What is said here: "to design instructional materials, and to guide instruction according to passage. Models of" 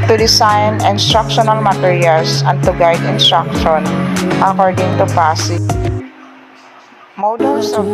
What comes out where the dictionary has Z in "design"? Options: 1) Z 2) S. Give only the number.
2